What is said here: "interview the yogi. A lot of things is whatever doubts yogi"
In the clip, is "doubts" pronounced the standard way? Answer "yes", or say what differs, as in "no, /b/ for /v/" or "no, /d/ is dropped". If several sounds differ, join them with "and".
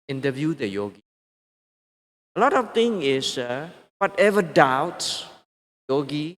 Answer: no, /s/ is dropped